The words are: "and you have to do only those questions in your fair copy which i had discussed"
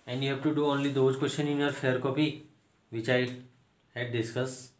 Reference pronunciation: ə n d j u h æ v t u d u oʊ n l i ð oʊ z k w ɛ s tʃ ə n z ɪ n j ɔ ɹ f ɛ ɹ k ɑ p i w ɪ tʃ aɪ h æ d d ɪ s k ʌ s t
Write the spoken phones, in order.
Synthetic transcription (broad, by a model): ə n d j u h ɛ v t u d u oʊ n l i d oʊ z k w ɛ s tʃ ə n ɪ n j ɔ ɹ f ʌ ɹ k ɑ p i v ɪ tʃ aɪ h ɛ d d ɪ s k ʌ s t